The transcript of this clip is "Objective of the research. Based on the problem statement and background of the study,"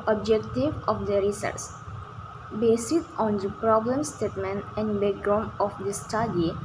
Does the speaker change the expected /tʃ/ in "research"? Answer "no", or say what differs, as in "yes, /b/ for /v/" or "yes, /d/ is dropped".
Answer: yes, /s/ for /tʃ/